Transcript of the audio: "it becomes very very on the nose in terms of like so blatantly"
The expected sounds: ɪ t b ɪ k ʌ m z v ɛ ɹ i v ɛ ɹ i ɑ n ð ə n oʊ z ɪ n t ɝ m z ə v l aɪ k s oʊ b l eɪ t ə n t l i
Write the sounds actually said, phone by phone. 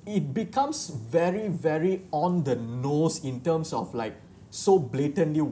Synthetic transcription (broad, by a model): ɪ t b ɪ k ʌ m s v ɛ ɹ i v ɛ ɹ i ɑ n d ə n oʊ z ɪ n t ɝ m s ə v l aɪ k s oʊ b l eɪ t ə n l i